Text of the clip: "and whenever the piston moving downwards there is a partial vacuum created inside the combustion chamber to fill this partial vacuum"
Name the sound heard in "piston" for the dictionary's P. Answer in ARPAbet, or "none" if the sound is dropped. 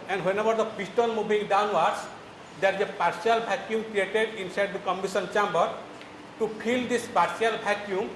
B